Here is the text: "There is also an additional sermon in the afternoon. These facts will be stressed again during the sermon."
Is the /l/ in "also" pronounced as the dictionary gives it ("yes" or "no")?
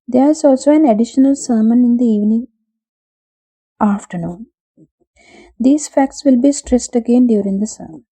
yes